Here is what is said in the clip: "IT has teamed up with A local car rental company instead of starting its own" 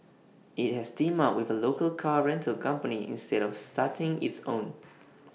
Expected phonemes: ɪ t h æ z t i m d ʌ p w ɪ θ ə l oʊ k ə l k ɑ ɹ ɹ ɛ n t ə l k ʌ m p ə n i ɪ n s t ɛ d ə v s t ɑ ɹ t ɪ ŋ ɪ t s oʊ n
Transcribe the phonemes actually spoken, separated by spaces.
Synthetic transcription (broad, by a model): ɪ t h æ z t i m ɑ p w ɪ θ ə l oʊ k ə l k ɑ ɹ ɹ ɛ n t ə l k ʌ m p ə n i ɪ n s t ɛ d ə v s t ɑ t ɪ ŋ ɪ t s oʊ n